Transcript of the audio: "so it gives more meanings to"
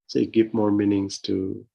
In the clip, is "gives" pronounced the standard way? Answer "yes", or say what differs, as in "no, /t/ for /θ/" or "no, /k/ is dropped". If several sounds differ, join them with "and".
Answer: no, /z/ is dropped